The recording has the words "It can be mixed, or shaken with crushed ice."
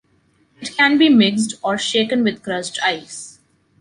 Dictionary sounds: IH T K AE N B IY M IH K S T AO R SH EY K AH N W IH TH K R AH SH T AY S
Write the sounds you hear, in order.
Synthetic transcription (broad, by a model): IH T K AE N B IY M IH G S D AO R SH EY K AH N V IH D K R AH S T AY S